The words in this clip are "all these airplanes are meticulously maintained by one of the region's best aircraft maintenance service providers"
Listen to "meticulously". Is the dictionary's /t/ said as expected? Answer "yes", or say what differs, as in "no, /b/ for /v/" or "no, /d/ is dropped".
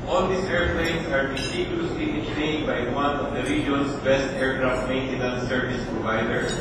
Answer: no, /s/ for /t/